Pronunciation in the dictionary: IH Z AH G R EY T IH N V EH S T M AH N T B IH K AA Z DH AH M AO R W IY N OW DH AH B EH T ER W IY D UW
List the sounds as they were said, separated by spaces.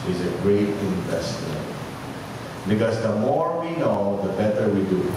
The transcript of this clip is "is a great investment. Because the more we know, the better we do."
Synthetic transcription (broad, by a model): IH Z AH G R EY T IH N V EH S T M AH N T B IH K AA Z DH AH M AO R W IY N OW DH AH B EH T ER W IY D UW